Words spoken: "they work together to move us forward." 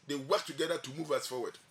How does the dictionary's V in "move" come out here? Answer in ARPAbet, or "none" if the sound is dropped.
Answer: V